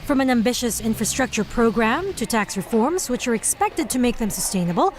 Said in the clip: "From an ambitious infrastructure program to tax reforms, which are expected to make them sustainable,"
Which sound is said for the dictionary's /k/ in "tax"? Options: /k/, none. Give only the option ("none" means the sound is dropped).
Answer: /k/